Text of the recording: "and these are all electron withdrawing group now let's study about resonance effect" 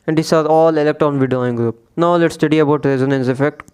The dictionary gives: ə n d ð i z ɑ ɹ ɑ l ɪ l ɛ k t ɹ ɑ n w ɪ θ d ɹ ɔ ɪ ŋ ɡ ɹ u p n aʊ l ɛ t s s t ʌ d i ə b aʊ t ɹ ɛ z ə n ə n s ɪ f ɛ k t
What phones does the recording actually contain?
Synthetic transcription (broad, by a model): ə n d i s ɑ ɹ ɑ l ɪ l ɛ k t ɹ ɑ n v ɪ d ɔ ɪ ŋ ɡ ɹ u p n aʊ l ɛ t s s t ʌ d i ə b aʊ t ɹ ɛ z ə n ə n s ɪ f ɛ k t